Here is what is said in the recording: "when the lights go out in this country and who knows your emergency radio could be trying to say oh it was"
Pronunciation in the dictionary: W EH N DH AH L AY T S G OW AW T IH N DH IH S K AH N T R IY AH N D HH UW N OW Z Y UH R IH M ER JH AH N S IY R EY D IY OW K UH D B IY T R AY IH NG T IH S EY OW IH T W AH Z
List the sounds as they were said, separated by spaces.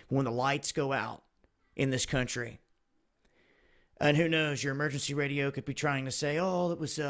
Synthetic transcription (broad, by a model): W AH N DH AH L AY T S G OW AW T IH N DH IH S K AH N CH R IY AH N HH UW N OW Z Y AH R IH M ER JH AH N S IY R EY D IY OW K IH D B IY T R AY IH NG T IH S EY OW IH T W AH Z